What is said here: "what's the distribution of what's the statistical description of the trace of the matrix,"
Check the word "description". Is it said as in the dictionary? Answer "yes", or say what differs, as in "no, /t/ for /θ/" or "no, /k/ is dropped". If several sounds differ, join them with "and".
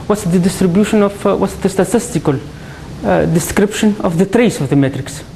yes